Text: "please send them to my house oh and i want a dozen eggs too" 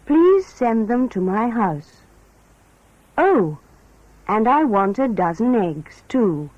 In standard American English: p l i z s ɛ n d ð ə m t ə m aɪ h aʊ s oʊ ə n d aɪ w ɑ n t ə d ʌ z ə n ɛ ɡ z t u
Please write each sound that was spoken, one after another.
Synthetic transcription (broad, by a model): p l i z s ɛ n ð ə m t ə m aɪ h aʊ s oʊ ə n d aɪ w ɑ n t ə d ʌ z ə n ɛ ɡ z t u